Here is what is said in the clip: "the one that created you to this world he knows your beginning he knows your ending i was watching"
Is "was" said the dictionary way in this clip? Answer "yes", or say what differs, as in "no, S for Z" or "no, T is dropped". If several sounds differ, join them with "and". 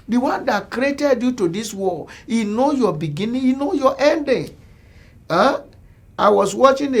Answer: no, S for Z